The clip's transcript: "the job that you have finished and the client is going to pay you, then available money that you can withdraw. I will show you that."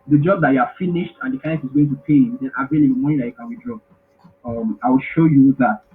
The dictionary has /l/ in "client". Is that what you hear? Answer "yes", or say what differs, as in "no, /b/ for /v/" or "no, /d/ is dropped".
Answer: no, /l/ is dropped